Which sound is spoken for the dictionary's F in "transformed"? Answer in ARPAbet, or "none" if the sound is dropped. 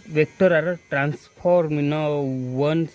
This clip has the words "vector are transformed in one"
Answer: P